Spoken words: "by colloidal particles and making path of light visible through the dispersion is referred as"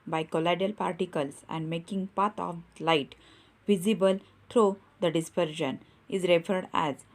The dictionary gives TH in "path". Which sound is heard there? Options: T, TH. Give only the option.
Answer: T